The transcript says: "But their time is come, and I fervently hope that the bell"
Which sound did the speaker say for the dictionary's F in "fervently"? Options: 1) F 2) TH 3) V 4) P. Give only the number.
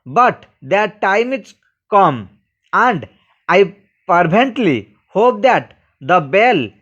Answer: 4